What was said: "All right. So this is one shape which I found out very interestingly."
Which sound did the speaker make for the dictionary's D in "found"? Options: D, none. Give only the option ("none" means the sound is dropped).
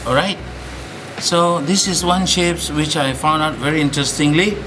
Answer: D